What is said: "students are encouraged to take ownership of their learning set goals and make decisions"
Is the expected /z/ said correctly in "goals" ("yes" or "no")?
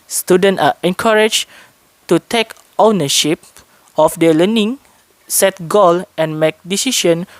no